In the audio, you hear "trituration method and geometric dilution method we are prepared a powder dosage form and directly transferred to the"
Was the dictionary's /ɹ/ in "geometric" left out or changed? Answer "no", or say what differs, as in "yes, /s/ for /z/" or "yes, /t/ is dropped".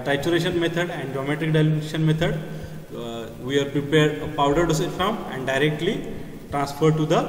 yes, /ɹ/ is dropped